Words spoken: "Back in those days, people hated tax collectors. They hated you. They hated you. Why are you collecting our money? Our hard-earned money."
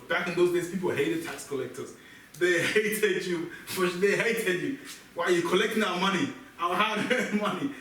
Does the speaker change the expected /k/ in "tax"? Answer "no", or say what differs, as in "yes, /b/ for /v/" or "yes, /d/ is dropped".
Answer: no